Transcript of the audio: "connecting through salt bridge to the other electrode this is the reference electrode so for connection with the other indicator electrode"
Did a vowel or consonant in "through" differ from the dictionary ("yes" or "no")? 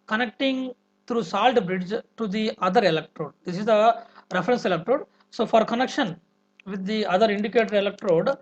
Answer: yes